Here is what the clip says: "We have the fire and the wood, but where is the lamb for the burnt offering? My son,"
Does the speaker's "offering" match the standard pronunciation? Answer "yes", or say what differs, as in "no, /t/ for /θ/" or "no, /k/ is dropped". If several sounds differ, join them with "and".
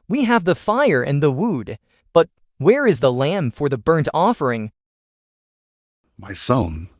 yes